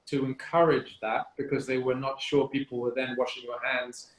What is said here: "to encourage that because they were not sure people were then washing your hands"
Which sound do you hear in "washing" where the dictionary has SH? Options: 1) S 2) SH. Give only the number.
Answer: 2